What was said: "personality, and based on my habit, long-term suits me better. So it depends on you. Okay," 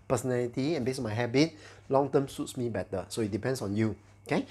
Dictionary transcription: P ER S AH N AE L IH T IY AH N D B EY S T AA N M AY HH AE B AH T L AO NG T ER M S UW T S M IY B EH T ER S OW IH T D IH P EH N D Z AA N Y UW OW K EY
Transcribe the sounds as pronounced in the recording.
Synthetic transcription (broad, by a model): P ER S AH N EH L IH T IY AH N B EY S AA N M AY HH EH B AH T L AO NG T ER M S UW T S M IY B EH T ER S OW IH T D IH P EH N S AA N Y UW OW K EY